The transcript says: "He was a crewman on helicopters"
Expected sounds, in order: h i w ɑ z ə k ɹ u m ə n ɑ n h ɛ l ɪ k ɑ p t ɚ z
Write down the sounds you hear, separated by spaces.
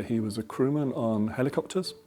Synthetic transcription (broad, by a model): h i w ɑ z ə k ɹ u m ə n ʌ n h ɛ l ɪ k ɑ p t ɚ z